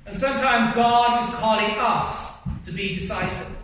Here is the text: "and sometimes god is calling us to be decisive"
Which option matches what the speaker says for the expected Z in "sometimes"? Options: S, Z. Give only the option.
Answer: Z